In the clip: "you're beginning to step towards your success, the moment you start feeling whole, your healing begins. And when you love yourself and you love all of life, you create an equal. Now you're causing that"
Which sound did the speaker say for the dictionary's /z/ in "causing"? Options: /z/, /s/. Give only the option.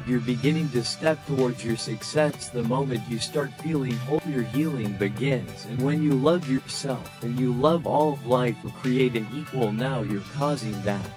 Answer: /z/